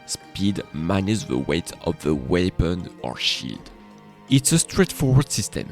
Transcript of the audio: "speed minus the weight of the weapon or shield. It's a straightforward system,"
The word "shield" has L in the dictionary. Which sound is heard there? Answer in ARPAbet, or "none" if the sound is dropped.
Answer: none